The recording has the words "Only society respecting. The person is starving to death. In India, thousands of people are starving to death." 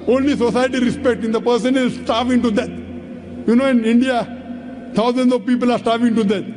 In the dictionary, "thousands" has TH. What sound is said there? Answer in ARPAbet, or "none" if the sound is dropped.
T